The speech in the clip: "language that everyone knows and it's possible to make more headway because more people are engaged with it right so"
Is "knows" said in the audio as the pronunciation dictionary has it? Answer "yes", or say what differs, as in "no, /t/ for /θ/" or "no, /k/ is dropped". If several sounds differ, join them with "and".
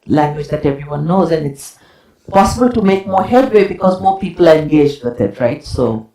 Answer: yes